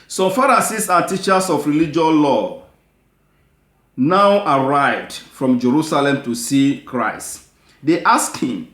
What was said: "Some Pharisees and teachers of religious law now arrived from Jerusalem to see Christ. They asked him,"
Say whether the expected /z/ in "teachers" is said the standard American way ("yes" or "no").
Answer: no